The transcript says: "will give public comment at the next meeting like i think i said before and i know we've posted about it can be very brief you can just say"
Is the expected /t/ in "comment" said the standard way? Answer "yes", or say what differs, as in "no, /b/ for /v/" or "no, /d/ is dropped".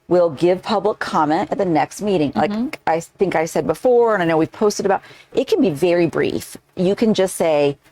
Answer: yes